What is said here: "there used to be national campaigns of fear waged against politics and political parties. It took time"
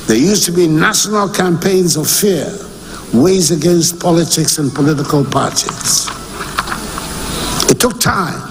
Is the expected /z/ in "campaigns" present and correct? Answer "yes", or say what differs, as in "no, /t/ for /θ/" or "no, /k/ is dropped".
yes